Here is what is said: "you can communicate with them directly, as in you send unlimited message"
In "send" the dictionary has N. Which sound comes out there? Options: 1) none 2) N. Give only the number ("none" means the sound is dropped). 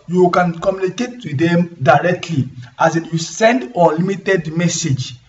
2